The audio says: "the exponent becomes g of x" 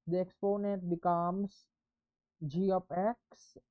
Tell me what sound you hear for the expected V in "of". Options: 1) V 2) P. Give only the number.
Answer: 2